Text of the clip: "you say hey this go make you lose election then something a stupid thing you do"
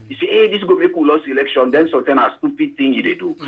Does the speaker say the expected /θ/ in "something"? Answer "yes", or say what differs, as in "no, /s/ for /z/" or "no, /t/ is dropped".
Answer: no, /t/ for /θ/